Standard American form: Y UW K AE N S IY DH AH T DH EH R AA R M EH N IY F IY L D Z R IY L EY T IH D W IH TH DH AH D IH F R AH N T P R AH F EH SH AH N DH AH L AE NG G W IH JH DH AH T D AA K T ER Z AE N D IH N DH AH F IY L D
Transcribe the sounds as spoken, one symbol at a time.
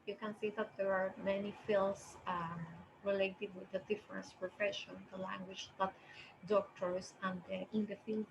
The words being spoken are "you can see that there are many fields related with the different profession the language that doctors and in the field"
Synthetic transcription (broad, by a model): Y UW K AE N S IY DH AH T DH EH R AA R M EH N IY F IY L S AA R IY L EY T IH D W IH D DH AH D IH F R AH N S P R AH F EH SH AH N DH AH L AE NG G W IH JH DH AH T D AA K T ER S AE N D IH N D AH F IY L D